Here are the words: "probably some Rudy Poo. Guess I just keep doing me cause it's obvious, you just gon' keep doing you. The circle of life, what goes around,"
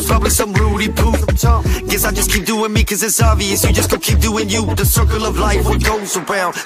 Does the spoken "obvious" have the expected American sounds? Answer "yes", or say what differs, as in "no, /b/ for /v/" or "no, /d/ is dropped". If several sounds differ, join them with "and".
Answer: no, /b/ is dropped